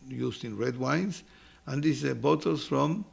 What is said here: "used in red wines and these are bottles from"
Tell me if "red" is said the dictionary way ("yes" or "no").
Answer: yes